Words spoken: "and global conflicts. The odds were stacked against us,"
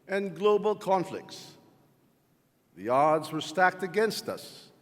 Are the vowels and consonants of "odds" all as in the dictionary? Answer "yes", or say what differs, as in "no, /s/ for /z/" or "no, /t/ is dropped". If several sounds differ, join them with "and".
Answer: yes